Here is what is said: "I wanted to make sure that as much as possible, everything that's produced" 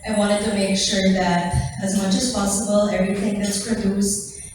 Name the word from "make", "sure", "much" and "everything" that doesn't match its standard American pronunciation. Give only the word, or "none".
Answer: everything